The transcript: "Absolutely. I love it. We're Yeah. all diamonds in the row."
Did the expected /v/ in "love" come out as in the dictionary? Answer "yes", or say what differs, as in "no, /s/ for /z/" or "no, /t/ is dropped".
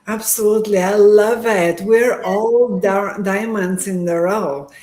yes